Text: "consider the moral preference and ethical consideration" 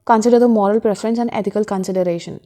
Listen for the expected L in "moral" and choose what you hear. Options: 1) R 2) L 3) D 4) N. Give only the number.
2